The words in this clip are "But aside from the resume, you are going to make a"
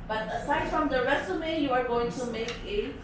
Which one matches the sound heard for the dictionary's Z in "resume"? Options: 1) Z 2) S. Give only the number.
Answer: 2